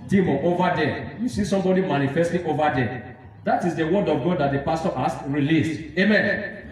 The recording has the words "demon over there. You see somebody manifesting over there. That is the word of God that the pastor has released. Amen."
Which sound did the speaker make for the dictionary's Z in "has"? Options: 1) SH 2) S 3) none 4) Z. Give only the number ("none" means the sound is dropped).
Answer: 2